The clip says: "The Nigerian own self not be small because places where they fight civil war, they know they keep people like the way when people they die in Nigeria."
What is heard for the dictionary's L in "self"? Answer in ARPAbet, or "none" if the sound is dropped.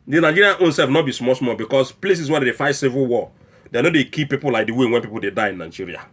none